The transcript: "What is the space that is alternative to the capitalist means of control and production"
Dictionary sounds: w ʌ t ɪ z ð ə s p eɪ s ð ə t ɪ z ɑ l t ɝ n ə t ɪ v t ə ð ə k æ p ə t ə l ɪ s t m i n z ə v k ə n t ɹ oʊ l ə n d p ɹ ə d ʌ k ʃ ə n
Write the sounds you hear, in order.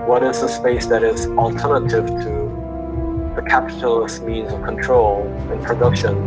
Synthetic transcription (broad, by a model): w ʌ t ɪ z ð ə s p eɪ s ð ə t ɪ z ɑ l t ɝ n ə t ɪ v t ə ð ə k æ p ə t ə l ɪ s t m i n z ə v k ə n t ɹ oʊ l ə n p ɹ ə d ʌ k ʃ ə n